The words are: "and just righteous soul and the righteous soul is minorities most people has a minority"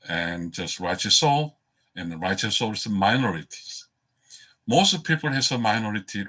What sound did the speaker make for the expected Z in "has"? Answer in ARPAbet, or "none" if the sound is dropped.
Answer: S